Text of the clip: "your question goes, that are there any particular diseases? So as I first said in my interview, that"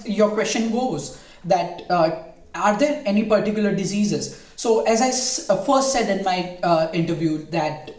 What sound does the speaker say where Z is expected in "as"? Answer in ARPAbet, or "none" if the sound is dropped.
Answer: Z